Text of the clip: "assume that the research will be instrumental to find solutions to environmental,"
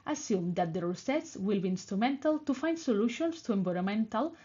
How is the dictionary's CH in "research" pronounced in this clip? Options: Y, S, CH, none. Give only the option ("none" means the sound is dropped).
S